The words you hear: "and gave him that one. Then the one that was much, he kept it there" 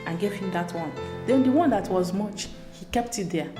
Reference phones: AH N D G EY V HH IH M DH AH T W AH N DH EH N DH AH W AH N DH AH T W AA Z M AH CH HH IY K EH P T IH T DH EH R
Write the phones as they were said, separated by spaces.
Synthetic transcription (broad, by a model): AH N G EY V HH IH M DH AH T W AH N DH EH N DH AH W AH N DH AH T W AA Z M AH CH HH IY K EH P T IH T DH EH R